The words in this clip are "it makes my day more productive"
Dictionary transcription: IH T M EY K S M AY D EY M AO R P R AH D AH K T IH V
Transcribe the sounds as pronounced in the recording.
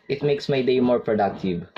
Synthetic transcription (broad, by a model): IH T M EY K S M AY D EY M AO R P R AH D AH K T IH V